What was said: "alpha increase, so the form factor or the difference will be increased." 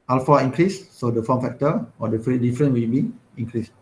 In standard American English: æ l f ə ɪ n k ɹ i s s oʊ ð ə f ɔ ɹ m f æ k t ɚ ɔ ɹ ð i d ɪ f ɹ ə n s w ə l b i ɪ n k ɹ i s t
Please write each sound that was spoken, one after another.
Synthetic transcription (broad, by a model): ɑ l f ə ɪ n k ɹ i s s oʊ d ə f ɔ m f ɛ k t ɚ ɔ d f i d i f ɹ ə n w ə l b i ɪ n k ɹ i s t